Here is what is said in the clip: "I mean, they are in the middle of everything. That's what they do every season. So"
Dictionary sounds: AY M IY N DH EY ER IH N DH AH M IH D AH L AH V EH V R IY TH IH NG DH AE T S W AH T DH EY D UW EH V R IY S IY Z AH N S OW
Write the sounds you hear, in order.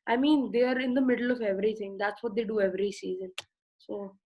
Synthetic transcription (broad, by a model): AY M IY N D EY ER IH N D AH M IH D AH L AH V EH V R IY T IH NG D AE T S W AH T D EY D UW EH V R IY S IY Z AH N S OW